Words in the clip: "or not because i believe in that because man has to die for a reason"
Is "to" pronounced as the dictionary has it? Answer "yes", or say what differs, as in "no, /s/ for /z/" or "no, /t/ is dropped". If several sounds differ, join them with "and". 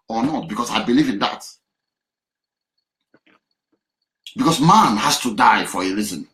yes